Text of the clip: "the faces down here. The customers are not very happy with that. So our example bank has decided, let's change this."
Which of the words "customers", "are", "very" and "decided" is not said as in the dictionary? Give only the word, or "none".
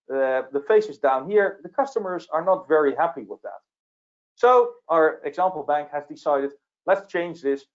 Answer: none